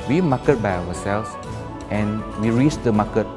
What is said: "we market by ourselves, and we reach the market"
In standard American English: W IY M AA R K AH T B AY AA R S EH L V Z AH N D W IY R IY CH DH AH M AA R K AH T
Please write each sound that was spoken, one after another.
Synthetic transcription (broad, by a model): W IY M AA K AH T B AY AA W S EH L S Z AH N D W IY R IY CH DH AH M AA K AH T